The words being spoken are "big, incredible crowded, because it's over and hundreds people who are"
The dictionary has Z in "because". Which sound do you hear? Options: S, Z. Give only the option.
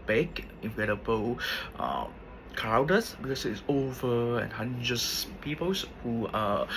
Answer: S